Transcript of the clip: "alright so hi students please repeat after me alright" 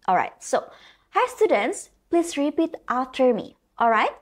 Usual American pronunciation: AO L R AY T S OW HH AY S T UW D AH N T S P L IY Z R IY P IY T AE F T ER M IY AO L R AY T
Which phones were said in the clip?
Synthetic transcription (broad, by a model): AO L R AY T S OW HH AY S T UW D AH N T S P L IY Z R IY P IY T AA T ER M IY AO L R AY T